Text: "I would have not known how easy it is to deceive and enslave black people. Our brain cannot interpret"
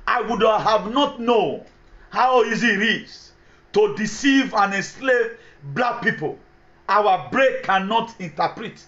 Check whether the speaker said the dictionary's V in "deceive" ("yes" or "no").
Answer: yes